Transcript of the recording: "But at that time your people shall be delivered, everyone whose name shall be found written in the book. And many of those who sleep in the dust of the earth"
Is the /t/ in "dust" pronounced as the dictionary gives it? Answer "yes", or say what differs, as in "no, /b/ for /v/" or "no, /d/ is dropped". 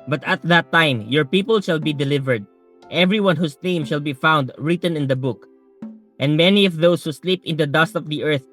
yes